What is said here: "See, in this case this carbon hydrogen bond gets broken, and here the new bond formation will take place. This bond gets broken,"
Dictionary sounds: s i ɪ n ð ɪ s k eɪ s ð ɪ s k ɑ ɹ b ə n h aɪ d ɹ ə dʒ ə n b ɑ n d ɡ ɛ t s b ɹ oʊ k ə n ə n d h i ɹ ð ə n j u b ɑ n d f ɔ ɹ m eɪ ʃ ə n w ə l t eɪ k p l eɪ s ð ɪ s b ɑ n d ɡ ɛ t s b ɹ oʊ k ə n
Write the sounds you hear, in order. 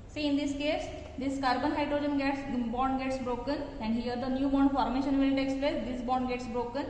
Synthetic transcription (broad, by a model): s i ɪ n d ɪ s k eɪ s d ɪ s k ɑ ɹ b ə n h aɪ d ɹ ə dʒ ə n b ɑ n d ɡ ɛ t s b ɹ oʊ k ə n ə n d h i ɹ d ə n j u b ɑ n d f ɔ ɹ m eɪ ʃ ə n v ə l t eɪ k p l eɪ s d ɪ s b ɑ n d ɡ ɛ t s b ɹ oʊ k ə n